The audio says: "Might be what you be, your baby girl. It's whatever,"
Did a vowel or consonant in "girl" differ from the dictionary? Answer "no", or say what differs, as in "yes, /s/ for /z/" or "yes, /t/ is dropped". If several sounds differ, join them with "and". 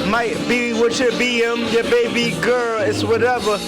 no